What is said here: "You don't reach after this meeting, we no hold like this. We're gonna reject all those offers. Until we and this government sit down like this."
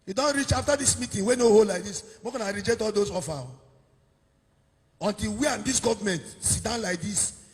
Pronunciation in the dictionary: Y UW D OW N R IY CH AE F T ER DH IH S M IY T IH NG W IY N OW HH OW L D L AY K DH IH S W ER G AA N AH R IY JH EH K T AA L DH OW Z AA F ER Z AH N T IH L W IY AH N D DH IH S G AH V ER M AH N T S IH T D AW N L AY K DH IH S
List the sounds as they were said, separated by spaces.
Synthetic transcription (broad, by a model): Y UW D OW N R IY CH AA F T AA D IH S M IY T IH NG W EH N OW HH OW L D L AY K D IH S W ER G AA N AH R IY JH EH K T AA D OW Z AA F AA AH N T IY L W IY AH N D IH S G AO V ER M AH N T S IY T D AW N L AY K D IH S